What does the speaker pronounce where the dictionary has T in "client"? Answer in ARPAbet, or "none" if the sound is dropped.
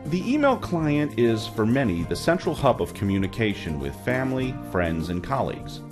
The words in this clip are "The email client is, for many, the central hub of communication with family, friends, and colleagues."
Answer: T